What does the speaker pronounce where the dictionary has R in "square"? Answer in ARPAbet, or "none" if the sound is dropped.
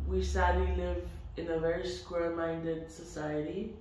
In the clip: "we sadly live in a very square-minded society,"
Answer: L